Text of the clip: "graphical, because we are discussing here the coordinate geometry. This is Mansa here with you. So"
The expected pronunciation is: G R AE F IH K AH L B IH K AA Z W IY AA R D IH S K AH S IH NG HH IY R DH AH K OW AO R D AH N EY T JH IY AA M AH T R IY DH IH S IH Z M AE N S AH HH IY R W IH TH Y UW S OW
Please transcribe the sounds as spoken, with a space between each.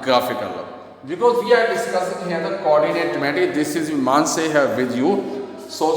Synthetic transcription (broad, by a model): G R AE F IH K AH L B IH K AA Z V IY AA R D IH S K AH S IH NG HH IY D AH K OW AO R D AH N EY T M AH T IY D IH S IH Z M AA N S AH HH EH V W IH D Y UW S OW